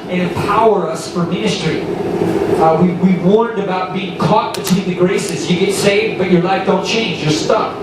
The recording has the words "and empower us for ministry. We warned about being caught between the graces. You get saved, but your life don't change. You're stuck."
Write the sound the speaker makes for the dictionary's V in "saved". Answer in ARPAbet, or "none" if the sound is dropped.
V